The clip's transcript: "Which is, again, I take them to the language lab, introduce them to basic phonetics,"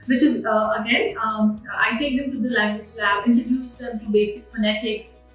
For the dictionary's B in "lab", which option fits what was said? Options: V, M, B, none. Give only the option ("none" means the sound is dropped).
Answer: none